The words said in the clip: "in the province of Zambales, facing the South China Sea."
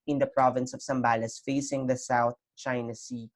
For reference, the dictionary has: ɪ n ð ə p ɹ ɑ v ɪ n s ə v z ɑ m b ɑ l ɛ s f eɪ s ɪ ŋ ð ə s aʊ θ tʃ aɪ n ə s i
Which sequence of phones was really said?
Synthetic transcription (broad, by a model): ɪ n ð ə p ɹ ɑ v ɪ n s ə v s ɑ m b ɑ l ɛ s f eɪ s ɪ ŋ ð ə s aʊ θ tʃ aɪ n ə s i